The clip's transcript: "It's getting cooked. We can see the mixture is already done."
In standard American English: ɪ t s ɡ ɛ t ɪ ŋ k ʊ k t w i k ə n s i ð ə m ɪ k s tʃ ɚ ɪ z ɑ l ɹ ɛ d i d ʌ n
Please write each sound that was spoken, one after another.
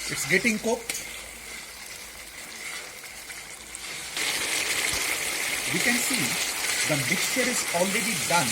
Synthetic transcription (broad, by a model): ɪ t s ɡ ɛ t ɪ ŋ k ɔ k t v i k ə n s i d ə m ɪ k s tʃ ɚ ɪ z ɑ l ɹ ɛ d i d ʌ n